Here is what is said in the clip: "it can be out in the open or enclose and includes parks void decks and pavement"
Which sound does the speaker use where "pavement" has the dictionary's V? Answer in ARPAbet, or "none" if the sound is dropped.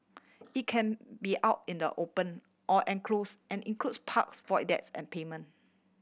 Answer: none